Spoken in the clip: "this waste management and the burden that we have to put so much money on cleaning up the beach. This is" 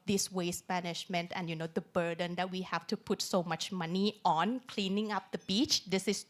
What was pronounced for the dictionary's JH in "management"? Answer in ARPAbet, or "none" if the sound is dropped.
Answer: SH